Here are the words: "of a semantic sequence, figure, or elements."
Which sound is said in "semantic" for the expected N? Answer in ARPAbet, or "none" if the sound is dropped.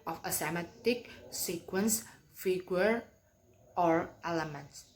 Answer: none